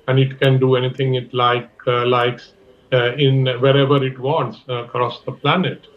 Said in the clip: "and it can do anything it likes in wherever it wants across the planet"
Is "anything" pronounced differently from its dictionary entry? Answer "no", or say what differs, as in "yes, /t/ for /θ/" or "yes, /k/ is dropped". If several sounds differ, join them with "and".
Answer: yes, /t/ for /θ/